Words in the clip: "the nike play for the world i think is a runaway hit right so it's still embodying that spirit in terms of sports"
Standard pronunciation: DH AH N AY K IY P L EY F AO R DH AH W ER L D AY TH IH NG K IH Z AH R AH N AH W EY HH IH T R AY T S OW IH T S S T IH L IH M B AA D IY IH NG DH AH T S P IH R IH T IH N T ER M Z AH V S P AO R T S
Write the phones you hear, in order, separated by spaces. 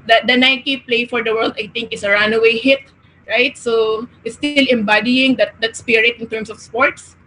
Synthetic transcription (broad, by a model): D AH N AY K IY P L EY F AO R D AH W ER L D AY T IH NG K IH S AH R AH N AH W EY HH IH T R AY T S OW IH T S S T IH L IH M B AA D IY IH NG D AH T S P IH R IH T IH N T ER M S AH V S P AO R T S